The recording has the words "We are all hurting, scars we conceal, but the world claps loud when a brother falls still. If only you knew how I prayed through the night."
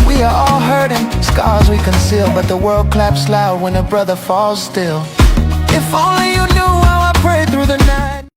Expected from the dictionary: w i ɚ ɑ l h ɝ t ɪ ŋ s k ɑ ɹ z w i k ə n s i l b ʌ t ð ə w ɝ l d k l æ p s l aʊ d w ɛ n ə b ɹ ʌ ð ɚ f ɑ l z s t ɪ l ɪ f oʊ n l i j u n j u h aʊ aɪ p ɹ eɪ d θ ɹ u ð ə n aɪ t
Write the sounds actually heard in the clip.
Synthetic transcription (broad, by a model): w i ɚ ɑ l h ɝ t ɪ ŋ s k ɑ ɹ z w i k ə n s i l b ʌ t ð ə w ɝ l d k l æ p s l aʊ d w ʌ n ə b ɹ ʌ ð ɚ f ɑ l z s t ɪ l ɪ f oʊ n l i j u n j u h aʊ aɪ p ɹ eɪ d θ ɹ u ð ə n aɪ t